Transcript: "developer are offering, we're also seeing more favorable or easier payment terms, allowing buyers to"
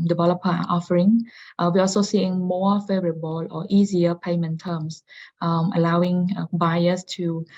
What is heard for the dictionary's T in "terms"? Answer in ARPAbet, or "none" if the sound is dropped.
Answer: S